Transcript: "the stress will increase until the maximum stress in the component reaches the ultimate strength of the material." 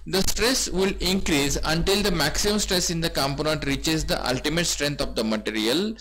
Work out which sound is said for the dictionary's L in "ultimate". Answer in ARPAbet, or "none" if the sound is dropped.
L